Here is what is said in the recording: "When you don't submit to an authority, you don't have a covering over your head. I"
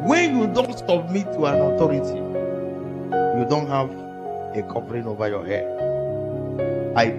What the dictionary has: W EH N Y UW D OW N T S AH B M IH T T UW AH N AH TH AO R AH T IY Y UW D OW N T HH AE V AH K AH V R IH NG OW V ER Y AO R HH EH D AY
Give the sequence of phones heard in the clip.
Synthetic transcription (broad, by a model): W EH N Y UW D OW N T S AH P M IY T T UW AH N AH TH AO R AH T IY Y UW D OW N T HH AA V AH K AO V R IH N OW V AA Y AO HH EH AY